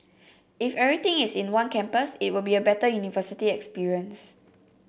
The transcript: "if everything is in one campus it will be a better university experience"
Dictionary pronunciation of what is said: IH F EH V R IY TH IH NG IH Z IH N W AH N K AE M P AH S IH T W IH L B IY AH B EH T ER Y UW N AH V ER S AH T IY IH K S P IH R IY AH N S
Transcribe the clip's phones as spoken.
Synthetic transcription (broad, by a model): IH F EH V R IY T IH NG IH S IH N W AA N K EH M P AH S IH T W IH L B IY AH B EH T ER Y UW N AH V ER S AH T IY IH K S P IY R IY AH N S